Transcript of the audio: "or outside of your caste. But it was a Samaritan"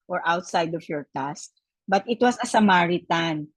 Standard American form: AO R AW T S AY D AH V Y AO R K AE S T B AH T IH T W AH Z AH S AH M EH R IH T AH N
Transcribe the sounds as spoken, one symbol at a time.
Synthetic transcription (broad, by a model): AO R AW T S AY D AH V Y AO R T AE S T B AH T IH T W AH S AH S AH M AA R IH T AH N